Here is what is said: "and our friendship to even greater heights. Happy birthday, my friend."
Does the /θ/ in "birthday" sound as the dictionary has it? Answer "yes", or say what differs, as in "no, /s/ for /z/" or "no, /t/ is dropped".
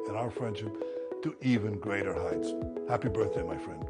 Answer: yes